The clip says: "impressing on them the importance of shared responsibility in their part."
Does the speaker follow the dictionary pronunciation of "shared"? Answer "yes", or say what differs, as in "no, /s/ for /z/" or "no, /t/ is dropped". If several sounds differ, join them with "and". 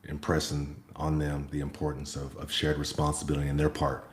yes